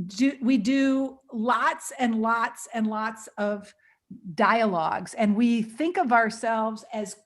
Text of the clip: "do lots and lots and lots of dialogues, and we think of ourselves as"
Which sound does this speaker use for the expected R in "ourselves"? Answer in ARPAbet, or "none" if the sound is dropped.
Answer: R